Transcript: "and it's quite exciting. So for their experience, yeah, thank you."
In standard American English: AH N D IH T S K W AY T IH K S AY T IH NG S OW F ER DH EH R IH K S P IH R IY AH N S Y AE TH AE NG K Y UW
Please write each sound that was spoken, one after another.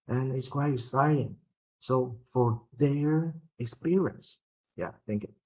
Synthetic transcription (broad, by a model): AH N IH T S K W AY T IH S AY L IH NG S OW F ER DH EH R IH K S P IH R IY AH N S Y AE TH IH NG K